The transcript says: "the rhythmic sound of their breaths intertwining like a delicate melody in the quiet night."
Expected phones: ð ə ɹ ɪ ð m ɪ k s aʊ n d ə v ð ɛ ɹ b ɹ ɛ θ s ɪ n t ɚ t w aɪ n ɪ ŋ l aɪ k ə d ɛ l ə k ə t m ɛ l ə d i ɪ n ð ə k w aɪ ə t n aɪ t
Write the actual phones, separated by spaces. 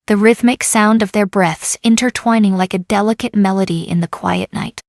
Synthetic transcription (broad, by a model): ð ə ɹ ɪ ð m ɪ k s aʊ n d ə v ð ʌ ɹ b ɹ ɛ θ s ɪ n t ɚ t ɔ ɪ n ɪ ŋ l aɪ k ə d ɛ l ə k ə t m ɛ l ə d i ɪ n ð ə k w aɪ ə t n aɪ t